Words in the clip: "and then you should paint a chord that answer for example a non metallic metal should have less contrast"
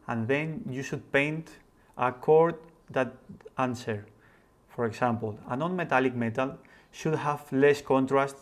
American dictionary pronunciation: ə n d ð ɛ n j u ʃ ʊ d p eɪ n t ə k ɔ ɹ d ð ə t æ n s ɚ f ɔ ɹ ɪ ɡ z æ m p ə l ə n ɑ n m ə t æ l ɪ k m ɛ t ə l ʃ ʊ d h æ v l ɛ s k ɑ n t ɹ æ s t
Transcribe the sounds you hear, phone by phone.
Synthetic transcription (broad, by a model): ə n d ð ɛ n j u ʃ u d p eɪ n t ə k ɔ ɹ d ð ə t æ n s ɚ f ɔ ɹ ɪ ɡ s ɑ m p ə l ə n ɑ n m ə t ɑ l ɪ k m ɛ t ə l ʃ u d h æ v l ɛ s k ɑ n t ɹ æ s t